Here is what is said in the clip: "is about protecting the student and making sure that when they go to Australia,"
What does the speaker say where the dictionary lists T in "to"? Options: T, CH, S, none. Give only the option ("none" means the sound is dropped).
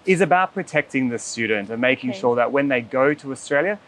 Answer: T